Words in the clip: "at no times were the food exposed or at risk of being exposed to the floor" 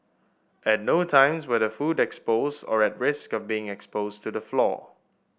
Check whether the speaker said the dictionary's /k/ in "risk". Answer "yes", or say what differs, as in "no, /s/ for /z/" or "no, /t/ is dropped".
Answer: yes